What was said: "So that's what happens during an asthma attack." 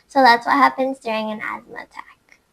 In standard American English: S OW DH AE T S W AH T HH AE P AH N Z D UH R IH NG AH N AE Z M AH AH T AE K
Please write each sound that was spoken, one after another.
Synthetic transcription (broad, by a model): S OW DH AE T S W AH T HH AE P AH N Z D UH R IH NG AH N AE Z M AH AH T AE K